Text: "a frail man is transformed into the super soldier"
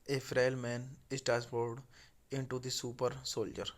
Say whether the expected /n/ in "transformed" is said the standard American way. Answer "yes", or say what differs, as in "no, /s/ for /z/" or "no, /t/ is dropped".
no, /n/ is dropped